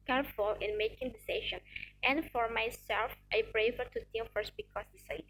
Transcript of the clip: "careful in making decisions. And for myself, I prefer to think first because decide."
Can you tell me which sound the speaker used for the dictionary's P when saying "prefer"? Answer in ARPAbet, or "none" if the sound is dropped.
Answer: B